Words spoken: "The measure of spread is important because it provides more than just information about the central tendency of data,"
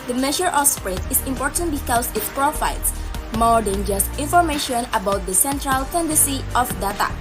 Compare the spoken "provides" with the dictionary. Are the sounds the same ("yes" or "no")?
no